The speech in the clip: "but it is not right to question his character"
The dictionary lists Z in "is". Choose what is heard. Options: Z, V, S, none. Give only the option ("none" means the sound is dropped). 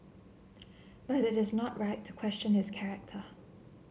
Z